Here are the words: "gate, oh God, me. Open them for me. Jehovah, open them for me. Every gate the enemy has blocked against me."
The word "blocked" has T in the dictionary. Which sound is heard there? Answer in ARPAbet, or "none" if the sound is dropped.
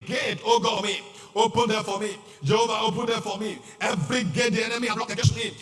none